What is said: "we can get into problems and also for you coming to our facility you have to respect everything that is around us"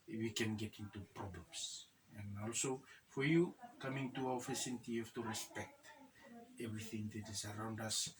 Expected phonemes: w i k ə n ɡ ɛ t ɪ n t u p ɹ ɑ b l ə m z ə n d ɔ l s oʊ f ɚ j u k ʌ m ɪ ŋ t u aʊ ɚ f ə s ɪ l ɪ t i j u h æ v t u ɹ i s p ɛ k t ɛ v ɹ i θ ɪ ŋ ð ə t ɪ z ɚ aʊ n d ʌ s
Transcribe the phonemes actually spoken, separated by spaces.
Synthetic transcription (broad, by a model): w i k ə n ɡ ɛ t ɪ n t u p ɹ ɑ b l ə m s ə n ɔ l s oʊ f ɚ j u k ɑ m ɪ ŋ t u aʊ ɚ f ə s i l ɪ t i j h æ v t u ɹ i s p ɛ k t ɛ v ɹ i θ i ŋ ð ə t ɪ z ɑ aʊ n d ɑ s